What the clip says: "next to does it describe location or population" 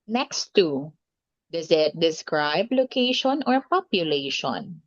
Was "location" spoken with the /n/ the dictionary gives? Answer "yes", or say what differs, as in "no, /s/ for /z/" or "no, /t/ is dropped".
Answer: yes